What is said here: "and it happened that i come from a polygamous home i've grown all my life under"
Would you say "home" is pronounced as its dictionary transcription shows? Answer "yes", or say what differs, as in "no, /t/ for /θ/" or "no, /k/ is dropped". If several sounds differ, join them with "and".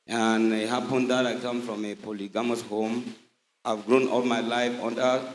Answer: yes